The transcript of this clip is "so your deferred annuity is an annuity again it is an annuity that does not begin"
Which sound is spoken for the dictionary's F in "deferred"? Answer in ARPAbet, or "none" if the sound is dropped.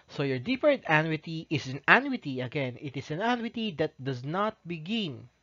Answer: P